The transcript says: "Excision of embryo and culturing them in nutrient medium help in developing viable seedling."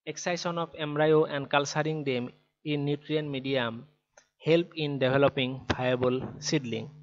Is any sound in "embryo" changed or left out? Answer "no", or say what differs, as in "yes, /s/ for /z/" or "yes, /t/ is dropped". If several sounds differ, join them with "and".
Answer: yes, /b/ is dropped